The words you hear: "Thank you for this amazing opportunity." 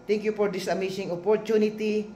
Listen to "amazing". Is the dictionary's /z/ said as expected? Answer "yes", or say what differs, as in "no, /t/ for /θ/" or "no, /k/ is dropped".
no, /s/ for /z/